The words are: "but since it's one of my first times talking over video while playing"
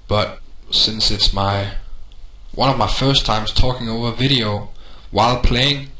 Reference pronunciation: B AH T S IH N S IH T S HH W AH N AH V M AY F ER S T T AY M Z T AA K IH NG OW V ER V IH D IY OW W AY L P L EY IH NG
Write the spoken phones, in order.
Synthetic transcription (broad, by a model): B AH T S IH N S IH T S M W AH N AH V M AY F ER S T T AY M Z T AA K IH NG OW V ER V IH D IY OW W AY L P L EY IH NG